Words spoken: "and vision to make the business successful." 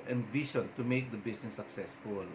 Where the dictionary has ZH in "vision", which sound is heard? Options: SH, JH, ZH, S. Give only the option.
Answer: SH